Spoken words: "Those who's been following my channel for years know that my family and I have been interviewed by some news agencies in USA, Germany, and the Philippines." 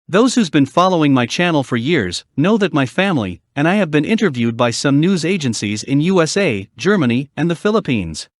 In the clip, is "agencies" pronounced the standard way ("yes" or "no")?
yes